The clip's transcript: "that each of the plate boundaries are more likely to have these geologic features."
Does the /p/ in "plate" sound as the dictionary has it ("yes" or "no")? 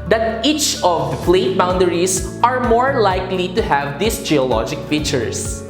no